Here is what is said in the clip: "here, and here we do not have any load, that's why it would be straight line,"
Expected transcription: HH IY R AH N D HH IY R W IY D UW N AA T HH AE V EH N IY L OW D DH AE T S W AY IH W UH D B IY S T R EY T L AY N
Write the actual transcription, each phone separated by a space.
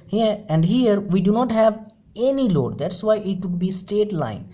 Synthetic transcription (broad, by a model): HH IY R AH N D HH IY R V IY D UW N AA T HH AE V EH N IY L OW D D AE T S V AY IH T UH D B IY S T EY T L AY N